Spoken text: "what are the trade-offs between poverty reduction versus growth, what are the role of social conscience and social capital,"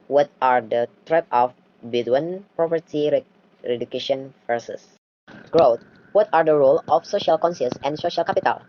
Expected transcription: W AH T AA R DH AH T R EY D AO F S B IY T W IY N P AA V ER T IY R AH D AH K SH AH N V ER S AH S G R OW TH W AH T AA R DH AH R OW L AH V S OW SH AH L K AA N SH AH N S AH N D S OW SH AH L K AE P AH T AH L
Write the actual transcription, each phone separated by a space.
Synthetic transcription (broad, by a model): W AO T AA R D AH T R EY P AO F B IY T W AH N P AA P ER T IY R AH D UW K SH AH N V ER S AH S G R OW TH W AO T AA R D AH R OW L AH F S OW SH AH L K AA N S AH S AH N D S OW SH AH L K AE P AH T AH L